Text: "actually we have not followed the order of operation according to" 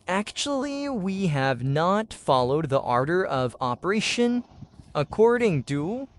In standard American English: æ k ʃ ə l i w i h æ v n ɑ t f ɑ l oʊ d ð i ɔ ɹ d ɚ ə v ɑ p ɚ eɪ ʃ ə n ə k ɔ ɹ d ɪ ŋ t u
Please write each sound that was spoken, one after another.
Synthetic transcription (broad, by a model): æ k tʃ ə l i w i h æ v n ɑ t f ɑ l oʊ d ð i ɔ ɹ d ɚ ə v ɑ p ɚ eɪ ʃ ə n ə k ɔ ɹ d ɪ ŋ t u